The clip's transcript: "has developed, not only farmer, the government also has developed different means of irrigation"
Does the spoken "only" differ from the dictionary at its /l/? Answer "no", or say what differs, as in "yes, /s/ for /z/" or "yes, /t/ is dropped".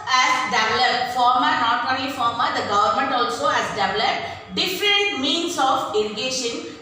yes, /l/ is dropped